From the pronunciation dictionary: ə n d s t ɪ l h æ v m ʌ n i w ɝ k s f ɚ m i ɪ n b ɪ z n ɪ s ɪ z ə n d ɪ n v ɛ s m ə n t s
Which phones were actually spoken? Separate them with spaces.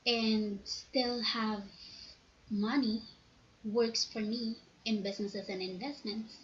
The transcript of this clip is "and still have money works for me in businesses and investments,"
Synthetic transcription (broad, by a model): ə n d s t ɪ l h æ v m ʌ n i w ɝ k s f ɚ m i ɪ n b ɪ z n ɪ s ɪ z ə n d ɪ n v ɛ s m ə n t s